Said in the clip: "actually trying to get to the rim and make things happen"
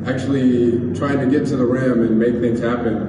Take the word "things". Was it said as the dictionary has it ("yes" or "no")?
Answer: yes